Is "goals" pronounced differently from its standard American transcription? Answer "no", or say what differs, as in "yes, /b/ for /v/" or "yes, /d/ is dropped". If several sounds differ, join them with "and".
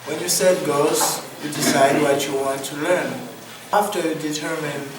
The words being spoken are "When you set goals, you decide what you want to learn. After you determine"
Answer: yes, /l/ is dropped